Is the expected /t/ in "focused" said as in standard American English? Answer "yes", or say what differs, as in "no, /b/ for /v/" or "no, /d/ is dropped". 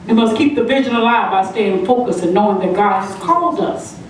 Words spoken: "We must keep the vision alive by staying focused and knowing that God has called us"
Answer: no, /t/ is dropped